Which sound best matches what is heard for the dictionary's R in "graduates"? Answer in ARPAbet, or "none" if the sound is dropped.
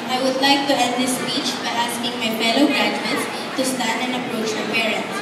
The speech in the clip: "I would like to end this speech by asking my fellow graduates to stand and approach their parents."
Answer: none